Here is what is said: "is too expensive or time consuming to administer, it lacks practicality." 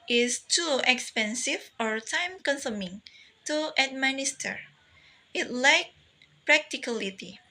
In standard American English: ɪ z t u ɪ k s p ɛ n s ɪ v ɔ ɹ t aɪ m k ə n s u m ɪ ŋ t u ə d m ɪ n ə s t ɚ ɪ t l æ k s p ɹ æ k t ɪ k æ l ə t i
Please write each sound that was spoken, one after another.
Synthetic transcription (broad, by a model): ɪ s t u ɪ k s p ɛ n s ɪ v ɔ ɹ t aɪ m k ə n s u m ɪ ŋ t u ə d m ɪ n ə s t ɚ ɪ t l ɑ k p ɹ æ k t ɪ k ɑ l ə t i